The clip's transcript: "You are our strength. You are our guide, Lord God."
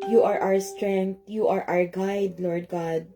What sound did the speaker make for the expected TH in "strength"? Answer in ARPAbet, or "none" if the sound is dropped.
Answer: T